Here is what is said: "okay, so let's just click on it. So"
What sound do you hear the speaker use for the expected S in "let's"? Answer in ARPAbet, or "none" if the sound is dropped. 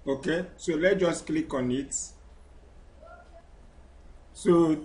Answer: none